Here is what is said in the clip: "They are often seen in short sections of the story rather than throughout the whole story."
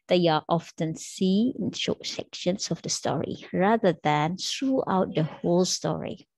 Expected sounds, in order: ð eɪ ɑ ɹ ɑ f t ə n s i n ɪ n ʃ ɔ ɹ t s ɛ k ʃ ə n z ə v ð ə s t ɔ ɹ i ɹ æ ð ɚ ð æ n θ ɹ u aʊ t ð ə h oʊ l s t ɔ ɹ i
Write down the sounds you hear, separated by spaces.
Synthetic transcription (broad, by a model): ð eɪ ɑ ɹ ɑ f t ə n s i ɪ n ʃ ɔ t s ɛ k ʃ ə n s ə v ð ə s t ɔ ɹ i ɹ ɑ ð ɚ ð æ n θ ɹ u aʊ t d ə h oʊ l s t ɔ ɹ i